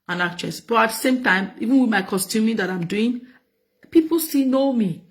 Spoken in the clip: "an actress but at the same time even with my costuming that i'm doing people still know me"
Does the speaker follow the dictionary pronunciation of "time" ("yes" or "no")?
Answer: yes